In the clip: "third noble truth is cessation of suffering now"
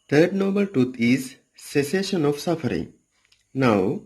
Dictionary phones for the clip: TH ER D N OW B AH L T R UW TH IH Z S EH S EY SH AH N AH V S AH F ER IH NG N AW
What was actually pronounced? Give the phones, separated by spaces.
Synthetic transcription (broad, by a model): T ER D N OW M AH L T R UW T IH Z S EH S EY SH AH N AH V S AH F ER IH NG N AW